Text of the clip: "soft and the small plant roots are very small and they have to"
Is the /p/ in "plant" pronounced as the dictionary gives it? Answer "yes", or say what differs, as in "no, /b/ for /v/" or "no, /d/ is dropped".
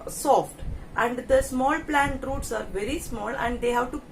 yes